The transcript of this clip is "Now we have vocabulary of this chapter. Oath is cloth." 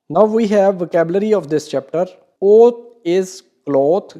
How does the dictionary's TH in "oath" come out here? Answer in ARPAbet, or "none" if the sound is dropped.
T